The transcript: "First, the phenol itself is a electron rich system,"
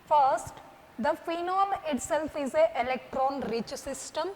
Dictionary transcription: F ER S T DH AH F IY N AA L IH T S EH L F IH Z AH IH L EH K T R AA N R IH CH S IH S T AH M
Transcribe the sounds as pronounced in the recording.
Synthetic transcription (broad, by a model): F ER S T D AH F IY N AA L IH T S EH L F IH Z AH IH L EH K T R AA N R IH CH S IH S T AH M